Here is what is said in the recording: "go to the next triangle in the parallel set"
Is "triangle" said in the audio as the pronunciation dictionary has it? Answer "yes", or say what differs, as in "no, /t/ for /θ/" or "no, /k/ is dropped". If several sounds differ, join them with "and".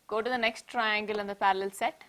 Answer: yes